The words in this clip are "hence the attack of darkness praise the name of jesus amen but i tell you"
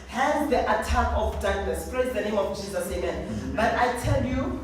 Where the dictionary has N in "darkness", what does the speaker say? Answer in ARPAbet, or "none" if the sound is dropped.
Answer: L